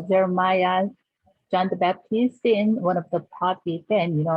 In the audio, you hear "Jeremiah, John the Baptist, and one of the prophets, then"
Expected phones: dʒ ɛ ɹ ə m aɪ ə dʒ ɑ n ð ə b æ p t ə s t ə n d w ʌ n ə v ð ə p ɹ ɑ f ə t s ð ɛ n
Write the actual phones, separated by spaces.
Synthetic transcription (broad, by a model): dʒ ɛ ɹ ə m aɪ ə dʒ ɑ n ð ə b æ p t ə s t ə n w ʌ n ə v ð ə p ɑ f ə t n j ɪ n